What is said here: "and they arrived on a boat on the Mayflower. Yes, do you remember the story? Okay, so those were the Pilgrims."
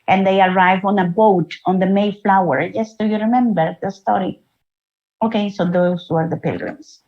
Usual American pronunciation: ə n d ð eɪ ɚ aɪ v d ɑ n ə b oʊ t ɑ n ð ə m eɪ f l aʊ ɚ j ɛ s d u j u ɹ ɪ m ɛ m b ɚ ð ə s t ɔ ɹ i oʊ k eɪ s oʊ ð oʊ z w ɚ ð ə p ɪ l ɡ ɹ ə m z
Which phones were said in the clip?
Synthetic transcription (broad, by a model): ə n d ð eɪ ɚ aɪ v ɑ n ə b oʊ t ɑ n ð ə m eɪ f l aʊ ɚ j ɛ s d u j u ɹ ɪ m ɛ m b ɚ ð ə s t ɔ ɹ i oʊ k eɪ s oʊ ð oʊ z w ɚ ð ə p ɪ l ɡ ɹ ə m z